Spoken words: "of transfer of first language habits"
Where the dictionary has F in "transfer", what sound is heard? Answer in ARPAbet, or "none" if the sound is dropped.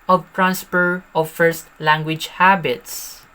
P